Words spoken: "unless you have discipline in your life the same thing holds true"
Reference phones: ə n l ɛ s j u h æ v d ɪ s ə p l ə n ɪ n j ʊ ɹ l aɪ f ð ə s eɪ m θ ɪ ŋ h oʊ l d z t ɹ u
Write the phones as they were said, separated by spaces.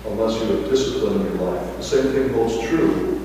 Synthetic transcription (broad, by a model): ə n l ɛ s j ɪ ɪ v d ɪ s ə p l ə n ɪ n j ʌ ɹ l aɪ f ð ə s eɪ m θ ɪ ŋ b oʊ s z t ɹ u